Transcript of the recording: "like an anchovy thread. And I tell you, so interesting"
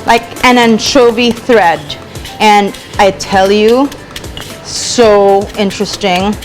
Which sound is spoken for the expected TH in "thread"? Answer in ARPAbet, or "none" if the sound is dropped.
TH